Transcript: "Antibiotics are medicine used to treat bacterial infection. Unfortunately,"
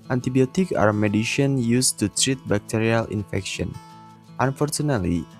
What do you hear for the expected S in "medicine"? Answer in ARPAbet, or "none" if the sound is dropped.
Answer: SH